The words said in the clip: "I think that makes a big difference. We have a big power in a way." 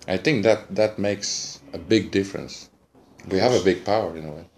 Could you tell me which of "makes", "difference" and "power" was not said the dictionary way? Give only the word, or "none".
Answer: none